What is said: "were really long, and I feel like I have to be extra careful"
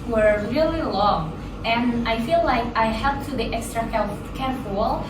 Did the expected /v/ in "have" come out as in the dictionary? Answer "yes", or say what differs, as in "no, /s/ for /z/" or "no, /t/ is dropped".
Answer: no, /p/ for /v/